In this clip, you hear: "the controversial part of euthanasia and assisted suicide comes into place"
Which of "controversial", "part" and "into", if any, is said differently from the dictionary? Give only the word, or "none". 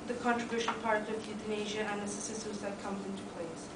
controversial